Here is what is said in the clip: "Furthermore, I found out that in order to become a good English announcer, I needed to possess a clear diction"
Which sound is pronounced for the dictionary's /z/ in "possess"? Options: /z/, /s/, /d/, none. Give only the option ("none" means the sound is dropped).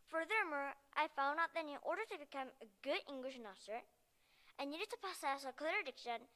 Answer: /s/